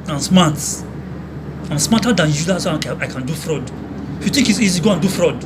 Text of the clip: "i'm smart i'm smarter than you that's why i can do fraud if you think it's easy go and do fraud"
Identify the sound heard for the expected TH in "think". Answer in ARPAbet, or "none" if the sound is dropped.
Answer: T